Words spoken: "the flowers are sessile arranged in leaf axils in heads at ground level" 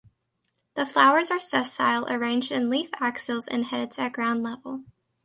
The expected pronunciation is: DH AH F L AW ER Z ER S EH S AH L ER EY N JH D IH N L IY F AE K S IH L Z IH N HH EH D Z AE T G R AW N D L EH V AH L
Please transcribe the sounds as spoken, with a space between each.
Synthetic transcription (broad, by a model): DH AH F L AW ER Z ER S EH S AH L ER EY N JH D IH N L IY F AE K S IH L Z IH N HH EH D Z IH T G R AW N D L EH V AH L